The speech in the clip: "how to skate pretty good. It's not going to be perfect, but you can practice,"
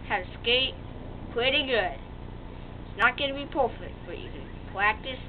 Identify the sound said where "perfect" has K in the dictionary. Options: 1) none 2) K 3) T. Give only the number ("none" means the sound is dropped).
1